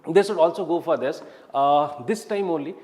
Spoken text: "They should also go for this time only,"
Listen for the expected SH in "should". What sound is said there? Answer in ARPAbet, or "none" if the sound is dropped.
S